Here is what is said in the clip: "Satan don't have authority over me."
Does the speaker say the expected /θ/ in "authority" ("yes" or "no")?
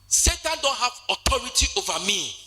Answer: no